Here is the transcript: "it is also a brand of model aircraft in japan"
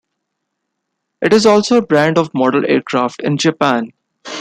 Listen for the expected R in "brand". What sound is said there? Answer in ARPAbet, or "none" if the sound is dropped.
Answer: R